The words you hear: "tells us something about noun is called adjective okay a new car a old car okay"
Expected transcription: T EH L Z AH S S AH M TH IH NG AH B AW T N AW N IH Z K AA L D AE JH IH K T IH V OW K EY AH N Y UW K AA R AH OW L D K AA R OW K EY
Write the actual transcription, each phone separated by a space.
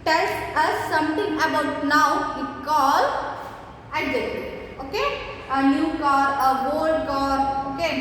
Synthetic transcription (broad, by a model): T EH L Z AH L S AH M T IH NG AH B AW T N AW IH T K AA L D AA IH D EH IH OW K EY AH N Y UW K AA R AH OW L D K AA R OW K EY